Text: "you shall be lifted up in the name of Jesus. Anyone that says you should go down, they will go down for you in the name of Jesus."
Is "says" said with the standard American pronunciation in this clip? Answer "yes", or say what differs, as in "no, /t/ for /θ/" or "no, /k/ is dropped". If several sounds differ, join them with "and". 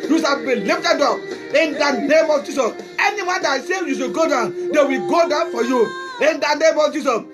no, /z/ is dropped